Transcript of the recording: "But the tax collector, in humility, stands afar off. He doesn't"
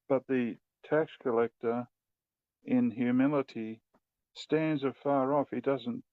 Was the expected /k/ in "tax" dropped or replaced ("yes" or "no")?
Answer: no